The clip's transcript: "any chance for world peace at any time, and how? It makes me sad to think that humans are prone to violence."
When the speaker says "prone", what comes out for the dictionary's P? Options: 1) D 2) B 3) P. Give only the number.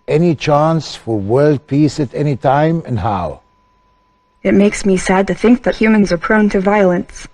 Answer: 3